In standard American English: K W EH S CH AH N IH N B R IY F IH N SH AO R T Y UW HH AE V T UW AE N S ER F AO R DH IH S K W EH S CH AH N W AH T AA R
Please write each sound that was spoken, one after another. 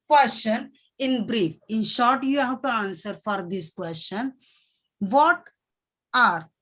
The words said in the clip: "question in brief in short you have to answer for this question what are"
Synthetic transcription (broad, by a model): K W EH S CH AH N IH N B R IY F IH N SH AO R T Y UW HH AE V T UW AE N S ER F AO R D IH S K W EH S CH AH N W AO T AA R